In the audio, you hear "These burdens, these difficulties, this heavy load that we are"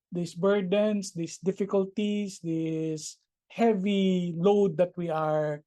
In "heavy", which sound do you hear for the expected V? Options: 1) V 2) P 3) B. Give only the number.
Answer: 1